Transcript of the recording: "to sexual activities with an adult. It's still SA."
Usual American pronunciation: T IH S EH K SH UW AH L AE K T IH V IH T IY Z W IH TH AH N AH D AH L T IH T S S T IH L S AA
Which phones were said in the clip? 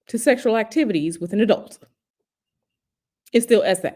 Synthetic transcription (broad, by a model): T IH S EH K SH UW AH L AE K T IH V IH T IY Z W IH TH AH N AH D AH L T IH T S S T IH L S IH